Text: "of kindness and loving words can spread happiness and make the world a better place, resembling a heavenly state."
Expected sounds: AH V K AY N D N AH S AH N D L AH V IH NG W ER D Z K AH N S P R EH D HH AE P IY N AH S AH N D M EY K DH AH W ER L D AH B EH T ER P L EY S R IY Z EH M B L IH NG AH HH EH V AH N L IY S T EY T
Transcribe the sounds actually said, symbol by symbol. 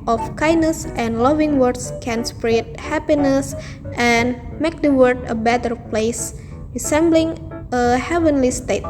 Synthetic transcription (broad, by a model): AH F K AY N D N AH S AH N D L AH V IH NG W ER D S K AH N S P R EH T HH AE P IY N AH S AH N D M EY K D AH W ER D AH B EH T ER P L EY S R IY S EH M B L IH NG AH HH EH V AH N L IY S T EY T